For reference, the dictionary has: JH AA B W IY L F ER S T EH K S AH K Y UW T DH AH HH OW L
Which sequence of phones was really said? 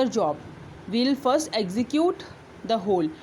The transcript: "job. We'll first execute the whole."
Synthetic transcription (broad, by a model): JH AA B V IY L F ER S T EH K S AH K Y UW T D AH HH OW L